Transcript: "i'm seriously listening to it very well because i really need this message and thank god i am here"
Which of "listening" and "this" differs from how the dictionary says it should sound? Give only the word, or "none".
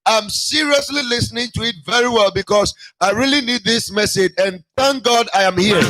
none